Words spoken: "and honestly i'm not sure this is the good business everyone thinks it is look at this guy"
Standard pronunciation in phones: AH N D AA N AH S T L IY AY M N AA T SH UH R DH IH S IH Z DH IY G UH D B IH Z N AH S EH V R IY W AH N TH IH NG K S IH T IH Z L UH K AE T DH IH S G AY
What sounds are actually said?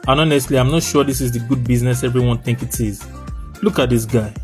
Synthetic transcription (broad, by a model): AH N AA N AH S T L IY AY M N AA T SH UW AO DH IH S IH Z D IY G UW D B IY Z N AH S EH V R IY W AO N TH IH NG K IH T IH Z L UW K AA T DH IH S G AY